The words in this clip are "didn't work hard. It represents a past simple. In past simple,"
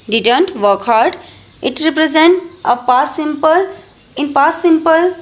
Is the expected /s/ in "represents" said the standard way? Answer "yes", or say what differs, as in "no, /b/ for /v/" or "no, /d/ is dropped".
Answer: no, /s/ is dropped